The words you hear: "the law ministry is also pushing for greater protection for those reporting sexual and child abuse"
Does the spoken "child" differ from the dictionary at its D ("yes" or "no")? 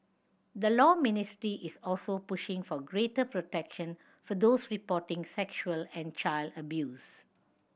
no